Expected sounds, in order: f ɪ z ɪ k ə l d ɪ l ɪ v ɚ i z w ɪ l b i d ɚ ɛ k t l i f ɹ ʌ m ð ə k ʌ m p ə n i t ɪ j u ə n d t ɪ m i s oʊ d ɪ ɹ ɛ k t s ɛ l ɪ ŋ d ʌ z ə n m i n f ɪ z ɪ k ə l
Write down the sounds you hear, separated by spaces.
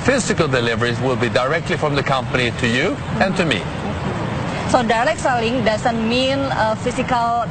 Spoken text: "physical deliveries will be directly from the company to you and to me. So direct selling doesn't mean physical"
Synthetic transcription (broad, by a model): f ɪ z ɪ k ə l d ɪ l ɪ v ɚ i z w ɪ l b i d ɚ ɛ k t l i f ɹ ʌ m ð ə k ʌ m p ə n i t ɪ j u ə n t ɪ m i s oʊ d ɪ l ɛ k s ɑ l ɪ ŋ d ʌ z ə n m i n f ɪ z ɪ k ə l